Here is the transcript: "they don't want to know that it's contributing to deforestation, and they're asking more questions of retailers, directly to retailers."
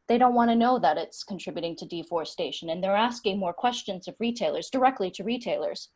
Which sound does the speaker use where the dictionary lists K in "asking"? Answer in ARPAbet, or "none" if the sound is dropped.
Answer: K